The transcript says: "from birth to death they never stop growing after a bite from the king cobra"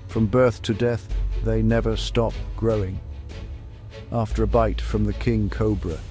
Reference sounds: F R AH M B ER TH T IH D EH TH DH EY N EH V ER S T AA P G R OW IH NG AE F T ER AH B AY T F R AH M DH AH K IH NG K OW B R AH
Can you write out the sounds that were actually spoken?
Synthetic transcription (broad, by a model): F R AH M B ER TH T IH D EH TH DH EY N EH V ER S T AA P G R OW IH NG AE F T ER AH B AY T F R AH M DH AH K IH NG K OW B R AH